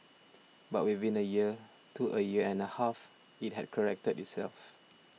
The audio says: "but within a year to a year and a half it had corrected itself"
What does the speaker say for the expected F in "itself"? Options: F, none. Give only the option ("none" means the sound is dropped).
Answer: F